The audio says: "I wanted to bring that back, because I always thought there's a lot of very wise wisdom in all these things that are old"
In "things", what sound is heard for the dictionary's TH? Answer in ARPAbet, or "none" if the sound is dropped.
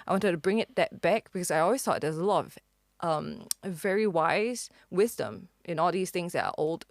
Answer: TH